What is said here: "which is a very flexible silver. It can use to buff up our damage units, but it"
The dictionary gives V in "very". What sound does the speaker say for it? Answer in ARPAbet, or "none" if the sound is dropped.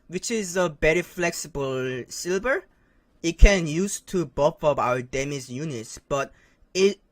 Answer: B